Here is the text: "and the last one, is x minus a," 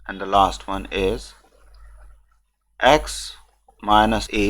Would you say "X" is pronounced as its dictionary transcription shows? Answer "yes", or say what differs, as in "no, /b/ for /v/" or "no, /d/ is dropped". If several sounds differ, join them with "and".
yes